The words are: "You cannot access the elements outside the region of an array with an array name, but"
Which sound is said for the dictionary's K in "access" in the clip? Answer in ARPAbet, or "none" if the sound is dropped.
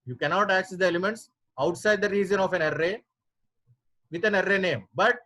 K